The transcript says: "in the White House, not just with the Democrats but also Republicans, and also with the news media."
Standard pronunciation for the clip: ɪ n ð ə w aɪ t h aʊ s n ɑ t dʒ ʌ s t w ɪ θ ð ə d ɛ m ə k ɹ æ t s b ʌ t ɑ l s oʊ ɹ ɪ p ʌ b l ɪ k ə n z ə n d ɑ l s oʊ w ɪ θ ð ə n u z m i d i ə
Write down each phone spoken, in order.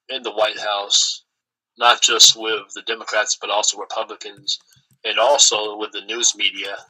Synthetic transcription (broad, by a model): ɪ n ð ə w aɪ t h aʊ s n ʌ t dʒ ʌ s t w ɪ ð ə d ɛ m ə k ɹ æ t s b ʌ t ɑ l s oʊ ɹ ɪ p ʌ b l ɪ k ə n z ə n ɑ l s oʊ w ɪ ð ə n u z m i d i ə